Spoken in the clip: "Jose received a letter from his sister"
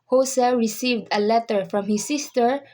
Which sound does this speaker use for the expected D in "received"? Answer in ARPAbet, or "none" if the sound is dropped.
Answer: D